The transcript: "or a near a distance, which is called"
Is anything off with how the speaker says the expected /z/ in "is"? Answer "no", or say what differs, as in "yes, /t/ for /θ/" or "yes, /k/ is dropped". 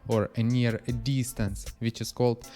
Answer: yes, /s/ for /z/